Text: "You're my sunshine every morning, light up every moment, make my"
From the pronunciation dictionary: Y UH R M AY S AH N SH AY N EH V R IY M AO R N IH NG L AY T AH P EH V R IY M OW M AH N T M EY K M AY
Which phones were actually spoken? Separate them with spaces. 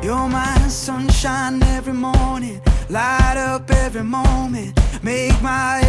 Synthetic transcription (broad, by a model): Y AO M AY S AH N SH AY N EH V R IY M AO R N IH NG L AY T AH P EH V R IY M OW M AH N T M EY K M AY